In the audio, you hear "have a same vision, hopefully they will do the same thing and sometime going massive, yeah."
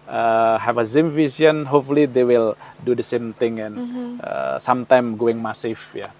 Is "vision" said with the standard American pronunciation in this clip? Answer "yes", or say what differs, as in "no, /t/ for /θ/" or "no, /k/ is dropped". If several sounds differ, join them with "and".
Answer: no, /s/ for /ʒ/